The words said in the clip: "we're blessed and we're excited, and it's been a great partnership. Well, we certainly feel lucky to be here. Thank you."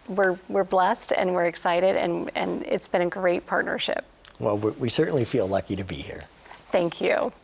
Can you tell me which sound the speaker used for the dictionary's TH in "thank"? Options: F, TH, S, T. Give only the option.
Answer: TH